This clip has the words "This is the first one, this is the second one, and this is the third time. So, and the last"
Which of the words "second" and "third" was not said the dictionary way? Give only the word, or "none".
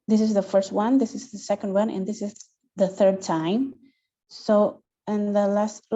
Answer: none